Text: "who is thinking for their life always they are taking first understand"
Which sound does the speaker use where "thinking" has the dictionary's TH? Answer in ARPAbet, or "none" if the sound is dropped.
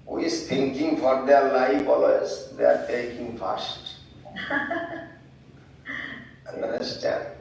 T